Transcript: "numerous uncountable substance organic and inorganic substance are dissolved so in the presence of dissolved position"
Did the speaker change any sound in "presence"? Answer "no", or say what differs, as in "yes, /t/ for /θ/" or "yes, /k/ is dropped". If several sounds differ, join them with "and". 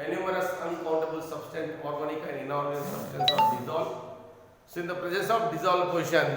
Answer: yes, /n/ is dropped